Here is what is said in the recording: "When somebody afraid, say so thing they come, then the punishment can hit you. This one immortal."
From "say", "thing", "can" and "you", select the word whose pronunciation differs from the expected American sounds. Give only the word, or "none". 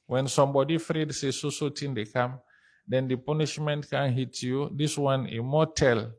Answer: thing